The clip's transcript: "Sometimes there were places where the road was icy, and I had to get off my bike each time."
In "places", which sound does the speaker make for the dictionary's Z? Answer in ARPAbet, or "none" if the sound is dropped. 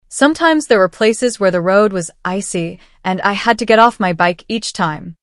Z